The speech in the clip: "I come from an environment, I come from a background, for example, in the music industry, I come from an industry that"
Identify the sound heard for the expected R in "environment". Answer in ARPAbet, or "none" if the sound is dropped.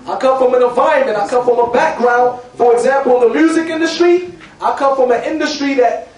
none